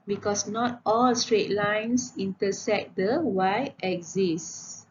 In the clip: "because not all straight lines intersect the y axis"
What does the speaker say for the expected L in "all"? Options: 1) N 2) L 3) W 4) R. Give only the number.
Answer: 2